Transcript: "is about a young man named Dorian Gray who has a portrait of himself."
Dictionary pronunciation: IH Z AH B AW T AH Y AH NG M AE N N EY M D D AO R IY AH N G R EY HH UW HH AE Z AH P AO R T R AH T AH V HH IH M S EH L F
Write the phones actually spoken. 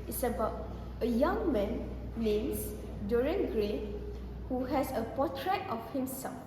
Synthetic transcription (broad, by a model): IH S AH B AW T AH Y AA NG M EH N L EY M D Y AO R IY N G R EY HH UW HH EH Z AH P AO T R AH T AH F HH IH M S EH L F